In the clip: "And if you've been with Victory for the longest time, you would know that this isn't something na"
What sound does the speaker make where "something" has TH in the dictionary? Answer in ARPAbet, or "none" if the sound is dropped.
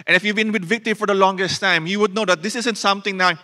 T